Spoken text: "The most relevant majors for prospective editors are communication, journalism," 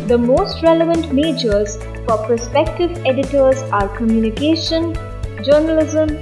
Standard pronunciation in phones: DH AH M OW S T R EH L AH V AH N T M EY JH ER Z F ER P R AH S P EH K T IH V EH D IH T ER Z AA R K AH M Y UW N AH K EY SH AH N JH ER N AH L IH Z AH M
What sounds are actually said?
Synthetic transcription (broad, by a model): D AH M OW S T R EH L AH V AH N T M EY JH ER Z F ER P AH S P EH K T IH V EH D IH T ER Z AA R K AH M Y UW N AH K EY SH AH N JH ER N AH L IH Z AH M